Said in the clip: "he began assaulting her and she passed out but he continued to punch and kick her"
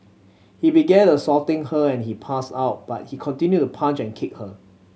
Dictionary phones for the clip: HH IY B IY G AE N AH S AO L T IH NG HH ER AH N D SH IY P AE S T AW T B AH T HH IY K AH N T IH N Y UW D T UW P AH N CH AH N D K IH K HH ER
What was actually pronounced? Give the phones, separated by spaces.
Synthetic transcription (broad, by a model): HH IY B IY G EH N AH S AO T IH NG HH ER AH N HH IY P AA S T AW T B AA T HH IY K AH N T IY N Y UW T UW P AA N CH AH N K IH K HH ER